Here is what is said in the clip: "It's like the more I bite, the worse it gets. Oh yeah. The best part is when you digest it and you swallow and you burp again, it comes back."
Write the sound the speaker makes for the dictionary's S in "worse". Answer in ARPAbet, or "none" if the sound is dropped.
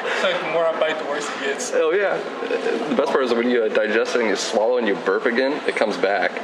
none